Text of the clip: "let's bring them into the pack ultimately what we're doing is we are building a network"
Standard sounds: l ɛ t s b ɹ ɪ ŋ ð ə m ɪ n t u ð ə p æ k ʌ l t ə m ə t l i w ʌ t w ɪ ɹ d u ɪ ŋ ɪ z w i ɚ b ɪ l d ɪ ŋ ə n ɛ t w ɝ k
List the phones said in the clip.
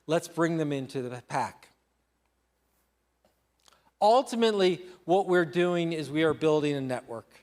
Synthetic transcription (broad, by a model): l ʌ t s b ɹ ɪ ŋ ð ə m ɪ n t u ð ə p æ k ʌ l t ə m ə t l i w ʌ t w ɪ ɹ d u ɪ ŋ ɪ z w i ɚ b ɪ l d ɪ ŋ ə n ɛ t w ɝ k